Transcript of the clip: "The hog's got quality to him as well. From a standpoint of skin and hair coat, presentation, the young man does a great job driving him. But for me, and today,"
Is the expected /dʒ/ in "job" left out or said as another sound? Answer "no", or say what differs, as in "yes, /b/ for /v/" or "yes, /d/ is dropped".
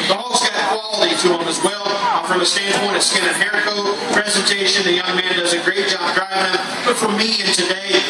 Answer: yes, /ʒ/ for /dʒ/